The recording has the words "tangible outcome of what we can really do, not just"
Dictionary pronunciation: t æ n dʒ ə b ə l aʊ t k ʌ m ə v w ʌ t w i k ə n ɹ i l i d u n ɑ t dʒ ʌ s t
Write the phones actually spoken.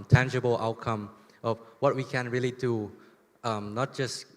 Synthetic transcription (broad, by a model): t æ n dʒ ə b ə l aʊ t k ʌ m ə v w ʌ t w i k ə n ɹ i l i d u n ɑ t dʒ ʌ s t